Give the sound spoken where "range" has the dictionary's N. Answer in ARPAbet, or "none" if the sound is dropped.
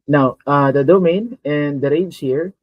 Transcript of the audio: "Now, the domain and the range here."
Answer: none